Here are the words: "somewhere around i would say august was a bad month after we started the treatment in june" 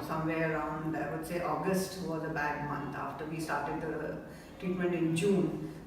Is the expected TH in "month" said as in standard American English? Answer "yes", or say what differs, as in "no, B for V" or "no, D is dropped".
no, T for TH